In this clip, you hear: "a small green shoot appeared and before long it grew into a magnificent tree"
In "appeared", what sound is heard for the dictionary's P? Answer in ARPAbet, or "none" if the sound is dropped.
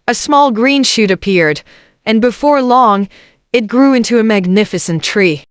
P